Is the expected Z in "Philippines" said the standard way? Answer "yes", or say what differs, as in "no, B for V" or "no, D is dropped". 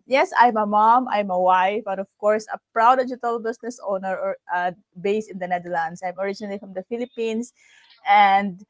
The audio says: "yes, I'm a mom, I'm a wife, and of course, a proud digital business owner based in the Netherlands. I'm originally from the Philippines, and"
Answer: no, S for Z